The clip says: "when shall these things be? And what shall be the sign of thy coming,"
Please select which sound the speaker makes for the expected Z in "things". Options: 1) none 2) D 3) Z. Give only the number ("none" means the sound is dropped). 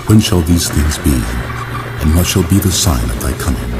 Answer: 3